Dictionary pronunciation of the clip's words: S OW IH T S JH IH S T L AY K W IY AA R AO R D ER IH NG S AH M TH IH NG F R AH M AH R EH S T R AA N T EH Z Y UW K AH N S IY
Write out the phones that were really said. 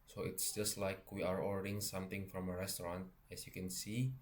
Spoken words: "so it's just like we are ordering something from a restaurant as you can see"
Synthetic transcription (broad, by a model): S OW IH T S JH IH S T L AY K W IY AA R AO L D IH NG S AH M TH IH NG F R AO M AH R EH S T R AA N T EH S Y UW K AH N S IY